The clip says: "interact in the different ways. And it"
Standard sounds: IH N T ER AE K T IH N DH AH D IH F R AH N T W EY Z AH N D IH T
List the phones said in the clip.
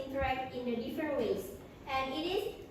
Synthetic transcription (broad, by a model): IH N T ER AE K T IH N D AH D IH F R AH N T W EY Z AH N D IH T